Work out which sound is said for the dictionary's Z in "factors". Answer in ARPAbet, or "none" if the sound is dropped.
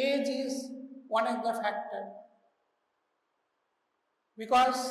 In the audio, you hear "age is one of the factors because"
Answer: none